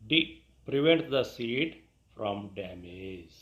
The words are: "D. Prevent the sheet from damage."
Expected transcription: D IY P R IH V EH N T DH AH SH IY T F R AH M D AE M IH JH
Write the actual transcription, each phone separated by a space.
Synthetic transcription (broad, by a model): D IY P R IH V EH N T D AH S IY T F R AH M D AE M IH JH